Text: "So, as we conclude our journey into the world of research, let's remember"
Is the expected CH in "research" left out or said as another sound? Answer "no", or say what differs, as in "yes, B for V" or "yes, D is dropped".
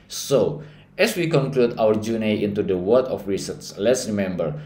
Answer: yes, S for CH